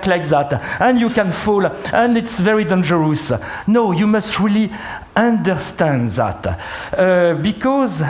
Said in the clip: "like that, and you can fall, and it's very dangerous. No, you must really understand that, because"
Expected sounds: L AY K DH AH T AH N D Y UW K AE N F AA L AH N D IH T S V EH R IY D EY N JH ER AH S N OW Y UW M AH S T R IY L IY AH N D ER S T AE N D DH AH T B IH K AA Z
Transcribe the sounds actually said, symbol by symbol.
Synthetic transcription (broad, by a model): L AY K DH AH T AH N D Y UW K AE N F AA L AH N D IH T S V EH R IY D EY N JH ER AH S N OW Y UW M AH S T R IY L IY AH N D ER S T AE N D DH AH T B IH K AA Z